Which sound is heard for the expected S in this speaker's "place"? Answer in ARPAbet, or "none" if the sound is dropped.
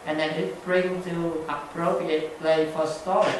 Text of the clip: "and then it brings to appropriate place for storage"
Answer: none